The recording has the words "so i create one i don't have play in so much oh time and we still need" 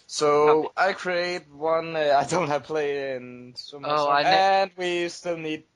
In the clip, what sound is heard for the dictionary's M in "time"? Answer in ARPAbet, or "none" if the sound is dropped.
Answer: none